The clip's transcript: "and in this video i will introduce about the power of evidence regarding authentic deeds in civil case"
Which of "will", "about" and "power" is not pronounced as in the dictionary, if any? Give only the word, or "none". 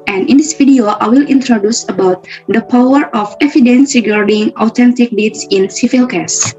none